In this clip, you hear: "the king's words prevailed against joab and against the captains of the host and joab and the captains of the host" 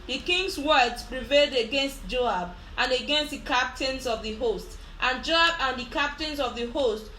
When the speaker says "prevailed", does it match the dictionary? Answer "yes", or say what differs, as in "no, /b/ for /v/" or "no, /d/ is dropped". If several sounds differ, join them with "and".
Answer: yes